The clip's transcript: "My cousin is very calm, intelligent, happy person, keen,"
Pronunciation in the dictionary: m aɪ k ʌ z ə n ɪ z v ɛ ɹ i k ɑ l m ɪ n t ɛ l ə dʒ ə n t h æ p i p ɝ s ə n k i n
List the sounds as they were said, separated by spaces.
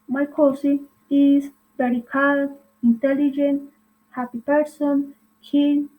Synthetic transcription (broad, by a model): m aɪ k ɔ s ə ɪ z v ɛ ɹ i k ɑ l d ɪ n t ɛ l ə dʒ ə n t h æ p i p ɝ s ə n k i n